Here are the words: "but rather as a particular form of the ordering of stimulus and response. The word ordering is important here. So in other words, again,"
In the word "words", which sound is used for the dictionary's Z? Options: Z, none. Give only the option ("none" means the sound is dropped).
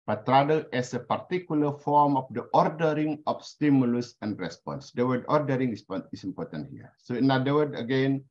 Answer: none